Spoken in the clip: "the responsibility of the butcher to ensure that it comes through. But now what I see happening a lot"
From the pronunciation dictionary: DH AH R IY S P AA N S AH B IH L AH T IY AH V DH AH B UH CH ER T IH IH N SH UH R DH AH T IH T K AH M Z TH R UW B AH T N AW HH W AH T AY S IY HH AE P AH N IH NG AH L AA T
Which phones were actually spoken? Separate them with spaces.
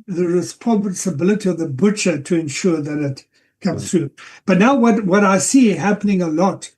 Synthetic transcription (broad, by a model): DH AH R IY S P AA N S AH B IH L AH T IY AH V DH AH B UH CH ER T IH IH N SH UH R DH AH T IH T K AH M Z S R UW B AH T N AW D W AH T AY S IY HH AE P AH N IH NG AH L AA T